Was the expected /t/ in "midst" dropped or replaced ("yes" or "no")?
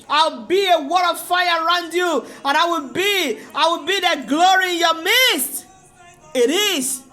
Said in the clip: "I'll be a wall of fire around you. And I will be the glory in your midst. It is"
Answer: no